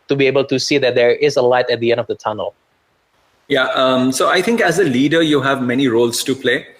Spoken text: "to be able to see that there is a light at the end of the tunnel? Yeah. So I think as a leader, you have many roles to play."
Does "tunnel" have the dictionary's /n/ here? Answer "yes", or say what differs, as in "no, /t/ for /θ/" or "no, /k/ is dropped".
yes